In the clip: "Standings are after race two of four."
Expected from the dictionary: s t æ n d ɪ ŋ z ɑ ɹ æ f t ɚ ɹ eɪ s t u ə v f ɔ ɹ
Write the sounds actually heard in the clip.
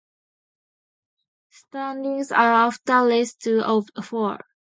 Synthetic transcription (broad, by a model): s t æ n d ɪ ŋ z ɑ ɹ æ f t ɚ l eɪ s t u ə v f ɔ ɹ